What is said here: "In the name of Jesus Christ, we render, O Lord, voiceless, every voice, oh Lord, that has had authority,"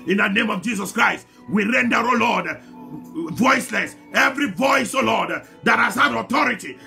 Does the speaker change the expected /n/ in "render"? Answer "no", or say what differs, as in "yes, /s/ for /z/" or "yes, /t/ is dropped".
no